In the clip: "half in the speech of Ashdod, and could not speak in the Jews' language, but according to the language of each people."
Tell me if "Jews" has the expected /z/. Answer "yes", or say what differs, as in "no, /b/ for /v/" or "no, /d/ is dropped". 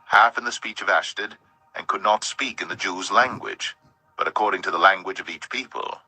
yes